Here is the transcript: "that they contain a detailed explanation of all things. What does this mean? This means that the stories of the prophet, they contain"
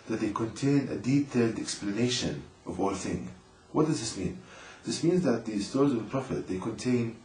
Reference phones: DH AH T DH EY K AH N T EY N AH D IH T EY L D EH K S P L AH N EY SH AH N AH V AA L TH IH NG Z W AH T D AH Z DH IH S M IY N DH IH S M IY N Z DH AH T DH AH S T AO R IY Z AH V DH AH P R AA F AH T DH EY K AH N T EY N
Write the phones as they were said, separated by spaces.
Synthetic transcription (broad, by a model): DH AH T DH EY K AH N T EY N AH D IH T EY L D EH K S P L AH N EY SH AH N AH V AA L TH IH NG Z W AH T D AH Z DH IH S M IY N DH IH S M IY N Z DH AH T DH AH S T AO R IY Z AH V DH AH P R AA F AH T DH EY K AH N T EY N